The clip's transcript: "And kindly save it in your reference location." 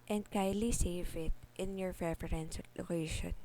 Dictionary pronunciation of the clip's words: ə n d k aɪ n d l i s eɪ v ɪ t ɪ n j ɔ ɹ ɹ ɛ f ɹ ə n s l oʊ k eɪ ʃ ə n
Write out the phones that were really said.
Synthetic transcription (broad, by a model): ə n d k aɪ d l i s eɪ v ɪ t ɪ n j ɔ ɹ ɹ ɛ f ɹ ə n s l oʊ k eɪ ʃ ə n